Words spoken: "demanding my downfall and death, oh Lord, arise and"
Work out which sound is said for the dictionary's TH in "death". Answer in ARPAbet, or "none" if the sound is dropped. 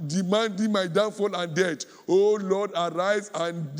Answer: T